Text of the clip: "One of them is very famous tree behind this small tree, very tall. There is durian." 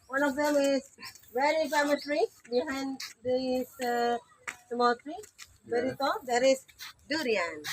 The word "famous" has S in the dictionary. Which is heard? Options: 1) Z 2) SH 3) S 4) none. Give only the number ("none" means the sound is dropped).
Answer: 4